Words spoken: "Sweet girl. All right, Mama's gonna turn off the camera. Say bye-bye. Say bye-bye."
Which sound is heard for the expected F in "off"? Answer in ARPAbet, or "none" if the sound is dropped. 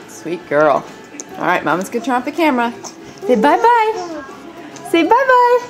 P